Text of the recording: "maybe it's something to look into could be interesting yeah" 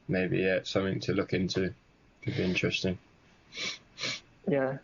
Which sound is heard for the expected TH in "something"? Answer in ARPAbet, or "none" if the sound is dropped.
TH